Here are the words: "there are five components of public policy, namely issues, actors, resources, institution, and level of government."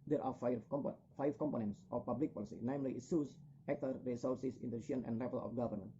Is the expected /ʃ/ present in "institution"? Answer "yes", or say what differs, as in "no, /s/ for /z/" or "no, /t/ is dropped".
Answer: no, /ʃ/ is dropped